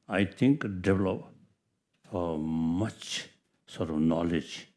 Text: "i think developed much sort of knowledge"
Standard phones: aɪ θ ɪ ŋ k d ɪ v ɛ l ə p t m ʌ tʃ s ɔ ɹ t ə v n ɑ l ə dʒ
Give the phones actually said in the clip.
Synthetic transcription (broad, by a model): aɪ t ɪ ŋ k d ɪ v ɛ l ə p m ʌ tʃ s ɔ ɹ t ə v n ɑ l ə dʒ